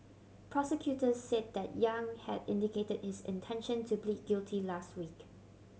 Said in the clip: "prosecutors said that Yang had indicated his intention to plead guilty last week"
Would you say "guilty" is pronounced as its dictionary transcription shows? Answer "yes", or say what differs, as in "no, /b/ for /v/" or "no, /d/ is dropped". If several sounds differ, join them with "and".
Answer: yes